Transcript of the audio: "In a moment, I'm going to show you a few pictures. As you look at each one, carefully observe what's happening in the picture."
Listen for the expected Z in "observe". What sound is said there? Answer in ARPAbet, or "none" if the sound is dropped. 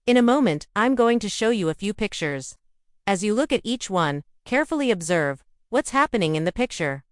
Z